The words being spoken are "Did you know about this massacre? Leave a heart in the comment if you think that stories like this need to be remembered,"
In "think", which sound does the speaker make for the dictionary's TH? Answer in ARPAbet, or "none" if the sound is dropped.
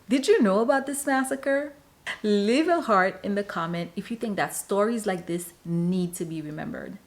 TH